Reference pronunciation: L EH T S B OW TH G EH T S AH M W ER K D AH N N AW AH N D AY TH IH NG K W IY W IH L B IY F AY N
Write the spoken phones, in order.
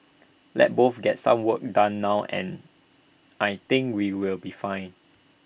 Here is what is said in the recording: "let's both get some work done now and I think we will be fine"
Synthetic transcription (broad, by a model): L EH T B OW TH G EH T S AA M W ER K D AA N N AW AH N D AY T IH NG K W IY W IH L B IY F AY N